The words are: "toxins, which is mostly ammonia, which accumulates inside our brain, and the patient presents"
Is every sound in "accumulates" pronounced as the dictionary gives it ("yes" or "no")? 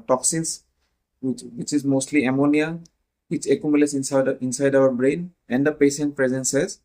no